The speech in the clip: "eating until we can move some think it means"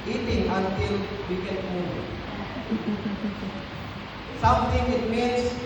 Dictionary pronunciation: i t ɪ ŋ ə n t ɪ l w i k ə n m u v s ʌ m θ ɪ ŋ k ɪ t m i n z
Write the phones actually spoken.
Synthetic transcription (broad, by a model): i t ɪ ŋ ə n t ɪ l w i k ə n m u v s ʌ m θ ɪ ŋ ɪ t m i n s